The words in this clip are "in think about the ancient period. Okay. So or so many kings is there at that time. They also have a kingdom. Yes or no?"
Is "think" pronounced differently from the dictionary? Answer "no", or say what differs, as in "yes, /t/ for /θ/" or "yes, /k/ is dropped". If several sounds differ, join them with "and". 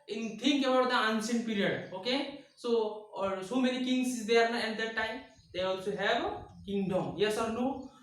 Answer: yes, /t/ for /θ/